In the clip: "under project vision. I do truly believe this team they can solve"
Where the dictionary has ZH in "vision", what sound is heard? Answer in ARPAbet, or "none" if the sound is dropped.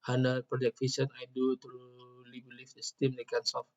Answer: S